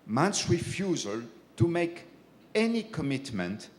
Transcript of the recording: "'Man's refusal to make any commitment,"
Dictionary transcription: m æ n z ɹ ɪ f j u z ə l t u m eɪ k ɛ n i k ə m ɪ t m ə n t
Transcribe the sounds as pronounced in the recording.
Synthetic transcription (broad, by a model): m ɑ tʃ ɹ ɪ f j u z ə l t u m eɪ k ɛ n i k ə m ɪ t m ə n t